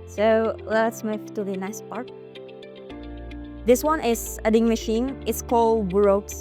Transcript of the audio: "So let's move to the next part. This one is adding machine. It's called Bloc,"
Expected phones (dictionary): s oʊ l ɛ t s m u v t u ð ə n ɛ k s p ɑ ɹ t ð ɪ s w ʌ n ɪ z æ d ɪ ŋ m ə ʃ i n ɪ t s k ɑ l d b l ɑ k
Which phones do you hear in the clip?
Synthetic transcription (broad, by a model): s oʊ l ɛ t s m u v t u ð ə n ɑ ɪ s p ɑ ɹ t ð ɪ s w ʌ n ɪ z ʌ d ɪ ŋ m ə ʃ i n ɪ t s k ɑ l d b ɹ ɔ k